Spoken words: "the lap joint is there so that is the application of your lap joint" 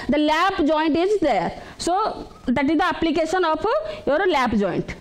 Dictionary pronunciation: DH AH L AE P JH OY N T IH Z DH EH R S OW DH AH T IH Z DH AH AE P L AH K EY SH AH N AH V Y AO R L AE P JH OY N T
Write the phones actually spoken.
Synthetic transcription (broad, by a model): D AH L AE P JH OY N T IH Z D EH R S OW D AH T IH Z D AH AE P L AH K EY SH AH N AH P Y AO R L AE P JH OY N T